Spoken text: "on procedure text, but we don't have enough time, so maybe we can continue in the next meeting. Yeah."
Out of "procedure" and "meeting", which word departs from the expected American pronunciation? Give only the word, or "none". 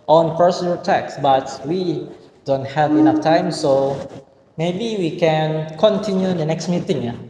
procedure